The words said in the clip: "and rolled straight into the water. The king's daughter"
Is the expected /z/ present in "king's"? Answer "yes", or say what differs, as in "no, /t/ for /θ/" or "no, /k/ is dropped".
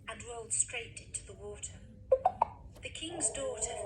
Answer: yes